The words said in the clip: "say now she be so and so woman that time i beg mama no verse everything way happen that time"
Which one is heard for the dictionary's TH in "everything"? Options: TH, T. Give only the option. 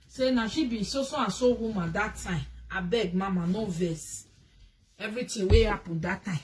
T